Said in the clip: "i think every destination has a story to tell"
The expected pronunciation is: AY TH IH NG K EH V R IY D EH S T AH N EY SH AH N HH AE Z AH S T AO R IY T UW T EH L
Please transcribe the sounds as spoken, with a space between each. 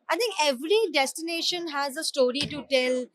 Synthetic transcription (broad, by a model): AY T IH NG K EH V R IY D EH S T AH N EY SH AH N HH AE Z AH S T AO R IY T UW T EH L